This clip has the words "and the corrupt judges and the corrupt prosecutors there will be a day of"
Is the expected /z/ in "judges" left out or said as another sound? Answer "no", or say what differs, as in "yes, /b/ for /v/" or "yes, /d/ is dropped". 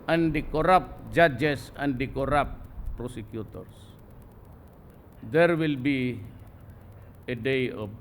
yes, /s/ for /z/